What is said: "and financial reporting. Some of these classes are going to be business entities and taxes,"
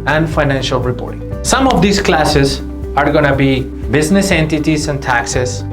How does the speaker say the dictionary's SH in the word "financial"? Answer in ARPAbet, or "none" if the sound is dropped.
SH